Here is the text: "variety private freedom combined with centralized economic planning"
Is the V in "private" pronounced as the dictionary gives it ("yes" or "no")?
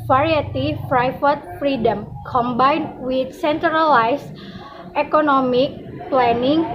no